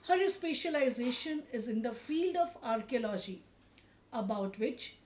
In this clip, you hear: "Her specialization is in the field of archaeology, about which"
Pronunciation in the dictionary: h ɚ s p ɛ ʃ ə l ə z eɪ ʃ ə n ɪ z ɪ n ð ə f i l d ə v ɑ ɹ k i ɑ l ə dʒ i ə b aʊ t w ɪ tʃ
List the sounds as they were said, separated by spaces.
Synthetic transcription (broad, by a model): h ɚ s p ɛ ʃ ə l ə z eɪ ʃ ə n ɪ z ɪ n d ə f i l d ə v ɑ ɹ k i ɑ l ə dʒ i ə b aʊ t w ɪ tʃ